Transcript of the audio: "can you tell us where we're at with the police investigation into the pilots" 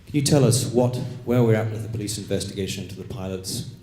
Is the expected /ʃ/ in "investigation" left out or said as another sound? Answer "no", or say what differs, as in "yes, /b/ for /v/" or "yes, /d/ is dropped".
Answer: yes, /ʃ/ is dropped